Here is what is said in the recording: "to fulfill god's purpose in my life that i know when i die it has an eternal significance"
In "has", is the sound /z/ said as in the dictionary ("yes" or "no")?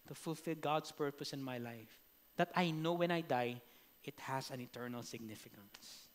no